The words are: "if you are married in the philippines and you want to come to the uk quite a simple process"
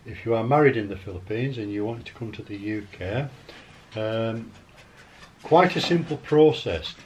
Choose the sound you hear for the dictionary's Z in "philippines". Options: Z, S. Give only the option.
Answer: Z